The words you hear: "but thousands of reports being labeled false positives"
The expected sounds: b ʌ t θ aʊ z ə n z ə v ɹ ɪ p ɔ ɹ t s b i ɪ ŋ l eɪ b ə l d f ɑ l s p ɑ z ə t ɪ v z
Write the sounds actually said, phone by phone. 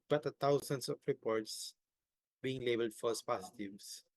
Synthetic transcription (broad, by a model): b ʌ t t aʊ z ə n s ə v ɹ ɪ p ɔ ɹ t s b i ɪ ŋ l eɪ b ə l d f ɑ s p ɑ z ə t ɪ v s